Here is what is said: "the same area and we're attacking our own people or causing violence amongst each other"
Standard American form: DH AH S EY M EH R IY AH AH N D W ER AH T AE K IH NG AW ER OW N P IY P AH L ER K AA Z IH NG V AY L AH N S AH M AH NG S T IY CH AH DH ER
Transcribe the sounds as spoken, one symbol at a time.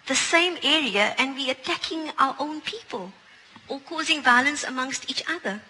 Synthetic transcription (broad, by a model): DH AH S EY M EH R IY AH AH N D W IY AH T AE K IH NG AW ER OW N P IY P AH L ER K AA Z IH NG V AY L AH N S AH M AH NG S T IY CH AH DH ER